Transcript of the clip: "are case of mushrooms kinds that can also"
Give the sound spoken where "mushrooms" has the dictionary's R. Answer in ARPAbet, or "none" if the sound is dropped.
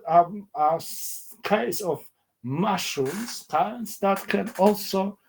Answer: none